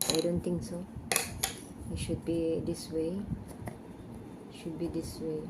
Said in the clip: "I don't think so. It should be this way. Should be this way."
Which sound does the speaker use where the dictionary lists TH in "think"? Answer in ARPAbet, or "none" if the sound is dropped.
T